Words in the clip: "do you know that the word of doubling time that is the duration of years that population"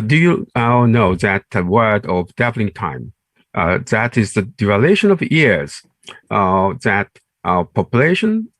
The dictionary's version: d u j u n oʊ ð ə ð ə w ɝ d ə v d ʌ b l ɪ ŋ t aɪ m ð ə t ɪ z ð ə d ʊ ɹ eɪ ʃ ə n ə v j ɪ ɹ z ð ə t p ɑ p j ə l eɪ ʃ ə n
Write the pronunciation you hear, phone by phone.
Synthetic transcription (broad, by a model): d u j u n oʊ ð ə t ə w ɝ d ə v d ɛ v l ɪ ŋ t aɪ m ð ə t ɪ z ð ə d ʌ l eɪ ʃ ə n ə v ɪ ɹ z ð ə t p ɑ p j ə l eɪ ʃ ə n